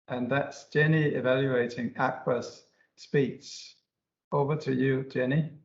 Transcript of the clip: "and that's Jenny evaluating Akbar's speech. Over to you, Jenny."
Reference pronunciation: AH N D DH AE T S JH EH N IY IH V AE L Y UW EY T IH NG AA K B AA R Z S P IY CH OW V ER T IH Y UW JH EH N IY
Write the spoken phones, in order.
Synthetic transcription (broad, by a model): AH N DH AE T S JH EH N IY IH V AE L Y UW EY T IH NG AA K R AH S S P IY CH OW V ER T IH Y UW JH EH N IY